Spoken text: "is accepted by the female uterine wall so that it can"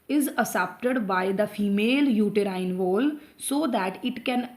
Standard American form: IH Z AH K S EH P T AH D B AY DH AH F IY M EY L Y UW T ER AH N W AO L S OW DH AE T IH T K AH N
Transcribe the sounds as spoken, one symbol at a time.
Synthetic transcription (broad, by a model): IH Z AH S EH P T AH D B AY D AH F IY M EY L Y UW T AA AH N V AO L S OW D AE T IH T K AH N